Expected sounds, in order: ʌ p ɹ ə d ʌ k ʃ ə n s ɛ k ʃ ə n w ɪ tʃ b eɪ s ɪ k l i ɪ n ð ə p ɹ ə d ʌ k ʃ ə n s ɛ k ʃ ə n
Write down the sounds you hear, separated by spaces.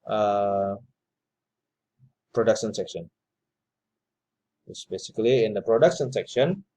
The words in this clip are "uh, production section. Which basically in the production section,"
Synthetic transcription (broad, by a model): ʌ p ɹ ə d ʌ k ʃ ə n s ɛ k ʃ ə n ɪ s b eɪ s ɪ k l i ɪ n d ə p ɹ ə d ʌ k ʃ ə n s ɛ k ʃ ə n